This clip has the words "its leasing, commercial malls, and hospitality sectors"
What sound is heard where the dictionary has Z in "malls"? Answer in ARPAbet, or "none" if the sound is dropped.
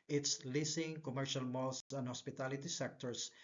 S